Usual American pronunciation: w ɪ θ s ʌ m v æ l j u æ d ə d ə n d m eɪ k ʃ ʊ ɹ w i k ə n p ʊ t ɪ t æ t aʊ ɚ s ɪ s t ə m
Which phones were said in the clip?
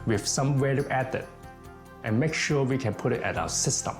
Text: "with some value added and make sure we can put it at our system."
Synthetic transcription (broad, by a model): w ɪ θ s ʌ m w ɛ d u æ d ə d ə n m eɪ k ʃ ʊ w i k ə n p ʊ t ɪ t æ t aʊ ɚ s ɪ s t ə m